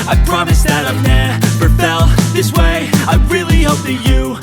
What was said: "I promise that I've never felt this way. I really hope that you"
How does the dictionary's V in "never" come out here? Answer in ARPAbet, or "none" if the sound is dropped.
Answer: P